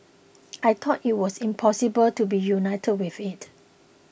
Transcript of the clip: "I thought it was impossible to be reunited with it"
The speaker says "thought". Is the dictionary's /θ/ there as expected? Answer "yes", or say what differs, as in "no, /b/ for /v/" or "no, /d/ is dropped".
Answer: no, /t/ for /θ/